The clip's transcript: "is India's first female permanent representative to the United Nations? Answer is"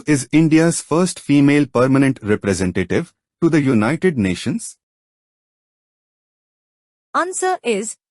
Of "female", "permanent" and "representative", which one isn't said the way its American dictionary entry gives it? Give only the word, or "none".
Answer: none